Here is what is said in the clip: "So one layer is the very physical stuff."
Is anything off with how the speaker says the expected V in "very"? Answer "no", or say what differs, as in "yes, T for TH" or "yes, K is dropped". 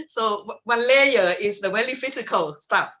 yes, W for V